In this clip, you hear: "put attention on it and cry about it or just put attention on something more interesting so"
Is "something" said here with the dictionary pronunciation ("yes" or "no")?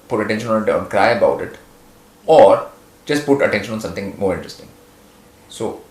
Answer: no